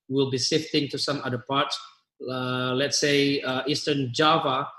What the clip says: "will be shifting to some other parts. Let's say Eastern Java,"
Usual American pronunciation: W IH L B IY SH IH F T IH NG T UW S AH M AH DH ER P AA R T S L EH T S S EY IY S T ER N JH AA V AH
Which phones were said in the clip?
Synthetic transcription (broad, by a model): W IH L B IY S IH F T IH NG T UW S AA M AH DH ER P AA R T S L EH T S S EY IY S T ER N JH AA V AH